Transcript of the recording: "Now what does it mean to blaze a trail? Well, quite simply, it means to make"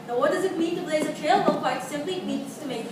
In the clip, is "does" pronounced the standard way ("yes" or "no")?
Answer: yes